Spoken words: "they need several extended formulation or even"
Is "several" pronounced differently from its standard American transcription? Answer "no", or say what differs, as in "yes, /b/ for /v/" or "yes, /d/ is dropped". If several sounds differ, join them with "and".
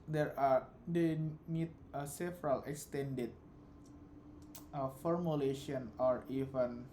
no